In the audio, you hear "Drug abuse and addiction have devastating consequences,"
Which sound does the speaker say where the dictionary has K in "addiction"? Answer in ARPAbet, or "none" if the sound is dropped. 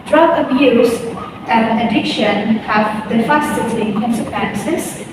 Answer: K